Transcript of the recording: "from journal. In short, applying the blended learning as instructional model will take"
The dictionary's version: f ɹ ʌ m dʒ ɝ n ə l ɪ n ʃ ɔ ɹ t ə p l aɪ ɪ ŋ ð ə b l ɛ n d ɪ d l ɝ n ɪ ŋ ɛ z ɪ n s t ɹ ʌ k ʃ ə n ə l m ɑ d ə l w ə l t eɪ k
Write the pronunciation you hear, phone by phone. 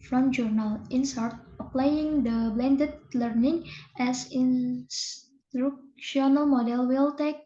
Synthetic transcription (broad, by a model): f ɹ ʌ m dʒ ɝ n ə l ɪ n s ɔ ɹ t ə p l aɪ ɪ ŋ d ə b l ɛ n d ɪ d l ɝ n ɪ ŋ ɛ s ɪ n s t ɹ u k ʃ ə n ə l m ɑ d ə l w ə l t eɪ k